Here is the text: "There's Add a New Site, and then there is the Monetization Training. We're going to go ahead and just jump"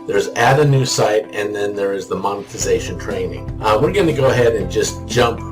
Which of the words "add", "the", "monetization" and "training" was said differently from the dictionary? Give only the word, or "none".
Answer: none